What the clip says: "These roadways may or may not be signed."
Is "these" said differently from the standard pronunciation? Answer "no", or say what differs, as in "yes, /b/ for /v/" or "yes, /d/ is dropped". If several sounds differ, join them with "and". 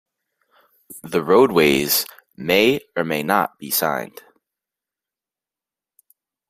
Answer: yes, /z/ is dropped